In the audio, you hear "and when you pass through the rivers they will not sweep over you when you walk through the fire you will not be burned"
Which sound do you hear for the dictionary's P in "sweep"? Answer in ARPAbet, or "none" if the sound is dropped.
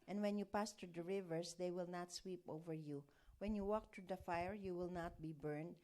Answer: P